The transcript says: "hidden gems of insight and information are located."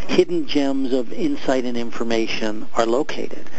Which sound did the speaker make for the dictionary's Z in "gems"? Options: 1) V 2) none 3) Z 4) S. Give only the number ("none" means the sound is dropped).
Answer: 3